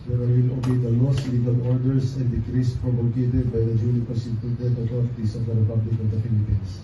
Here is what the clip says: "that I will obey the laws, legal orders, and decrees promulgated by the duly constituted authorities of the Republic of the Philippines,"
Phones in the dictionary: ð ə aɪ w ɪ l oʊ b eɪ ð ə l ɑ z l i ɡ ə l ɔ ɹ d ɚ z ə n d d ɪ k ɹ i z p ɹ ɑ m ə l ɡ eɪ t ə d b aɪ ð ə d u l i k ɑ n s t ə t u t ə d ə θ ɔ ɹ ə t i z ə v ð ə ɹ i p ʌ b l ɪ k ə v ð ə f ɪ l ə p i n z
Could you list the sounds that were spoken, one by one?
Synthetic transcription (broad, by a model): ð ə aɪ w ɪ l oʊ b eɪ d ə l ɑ s l i ɡ ə l ɔ ɹ d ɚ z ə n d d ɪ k ɹ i s p ɹ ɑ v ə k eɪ t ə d b aɪ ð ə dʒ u n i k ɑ s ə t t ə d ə t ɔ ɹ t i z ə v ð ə ɹ i p ʌ b l ɪ k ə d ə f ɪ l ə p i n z